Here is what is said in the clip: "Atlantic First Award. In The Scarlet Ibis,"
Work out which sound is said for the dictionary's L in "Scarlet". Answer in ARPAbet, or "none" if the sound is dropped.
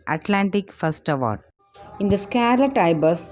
L